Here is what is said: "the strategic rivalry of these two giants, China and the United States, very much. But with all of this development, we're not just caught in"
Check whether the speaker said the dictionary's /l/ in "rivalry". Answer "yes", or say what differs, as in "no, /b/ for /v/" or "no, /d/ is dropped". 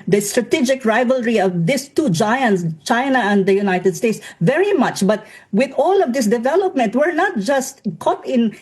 yes